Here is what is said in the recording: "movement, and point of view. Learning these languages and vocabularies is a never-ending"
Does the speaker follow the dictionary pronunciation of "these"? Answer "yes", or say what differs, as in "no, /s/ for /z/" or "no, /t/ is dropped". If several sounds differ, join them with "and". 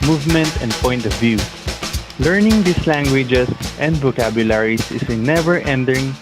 no, /s/ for /z/